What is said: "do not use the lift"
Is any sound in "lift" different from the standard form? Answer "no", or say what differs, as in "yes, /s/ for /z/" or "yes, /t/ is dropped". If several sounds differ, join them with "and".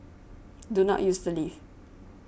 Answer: yes, /t/ is dropped